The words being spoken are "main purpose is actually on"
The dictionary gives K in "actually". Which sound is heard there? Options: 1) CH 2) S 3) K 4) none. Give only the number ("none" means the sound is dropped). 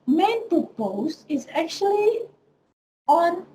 3